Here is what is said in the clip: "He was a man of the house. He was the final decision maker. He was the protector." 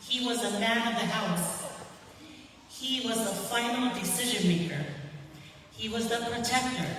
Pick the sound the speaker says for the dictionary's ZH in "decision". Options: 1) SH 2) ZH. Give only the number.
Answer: 2